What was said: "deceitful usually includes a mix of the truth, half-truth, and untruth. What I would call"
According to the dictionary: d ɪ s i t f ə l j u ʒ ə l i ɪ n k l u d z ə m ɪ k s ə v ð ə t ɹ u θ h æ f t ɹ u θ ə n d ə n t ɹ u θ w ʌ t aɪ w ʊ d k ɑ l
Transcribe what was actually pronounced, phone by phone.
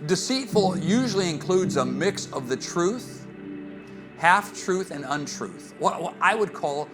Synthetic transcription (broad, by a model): d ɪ s i t f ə l j u ʒ l i ɪ n k l u d z ə m ɪ k s ə v ð ə t ɹ u θ h æ f t ɹ u θ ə n ə n t ɹ u θ w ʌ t aɪ w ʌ d k ɑ l